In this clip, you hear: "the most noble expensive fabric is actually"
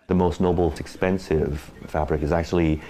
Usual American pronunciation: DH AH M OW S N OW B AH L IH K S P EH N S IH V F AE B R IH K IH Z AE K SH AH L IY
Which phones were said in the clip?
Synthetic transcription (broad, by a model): DH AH M OW S N OW B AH L IH K S P EH N S IH V F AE B R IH K IH Z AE K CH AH L IY